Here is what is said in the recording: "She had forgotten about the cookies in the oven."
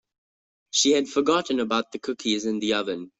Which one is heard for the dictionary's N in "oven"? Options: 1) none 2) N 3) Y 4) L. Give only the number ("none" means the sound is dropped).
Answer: 2